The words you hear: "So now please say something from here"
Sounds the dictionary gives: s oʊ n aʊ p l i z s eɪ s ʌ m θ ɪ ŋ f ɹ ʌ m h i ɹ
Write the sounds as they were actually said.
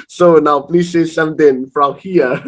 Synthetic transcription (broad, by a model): s oʊ n aʊ p l i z s eɪ s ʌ m t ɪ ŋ f ɹ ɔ m h i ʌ